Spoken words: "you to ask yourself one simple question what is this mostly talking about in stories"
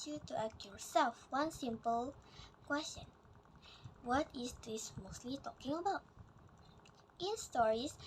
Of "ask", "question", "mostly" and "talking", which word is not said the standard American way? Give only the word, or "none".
ask